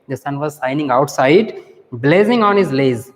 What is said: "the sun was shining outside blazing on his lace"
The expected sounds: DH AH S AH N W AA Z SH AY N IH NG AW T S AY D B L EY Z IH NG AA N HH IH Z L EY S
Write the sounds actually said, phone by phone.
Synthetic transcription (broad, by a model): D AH S AH N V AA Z S AY N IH NG AW T S AY D B L EY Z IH NG AA N HH IH Z L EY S